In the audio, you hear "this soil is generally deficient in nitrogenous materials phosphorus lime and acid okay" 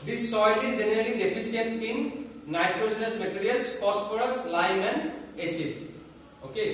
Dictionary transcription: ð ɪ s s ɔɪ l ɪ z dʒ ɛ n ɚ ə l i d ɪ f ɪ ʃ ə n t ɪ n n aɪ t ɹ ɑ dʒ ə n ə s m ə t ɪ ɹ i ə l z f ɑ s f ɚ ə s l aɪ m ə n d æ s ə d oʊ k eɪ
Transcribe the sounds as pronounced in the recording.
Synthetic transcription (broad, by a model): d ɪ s s ɔɪ l ɪ z dʒ ɛ n ɚ ə l i d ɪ p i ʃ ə t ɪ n n aɪ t ɹ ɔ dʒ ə n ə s m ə t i ɹ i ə l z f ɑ s p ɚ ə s l aɪ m ə n d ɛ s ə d oʊ k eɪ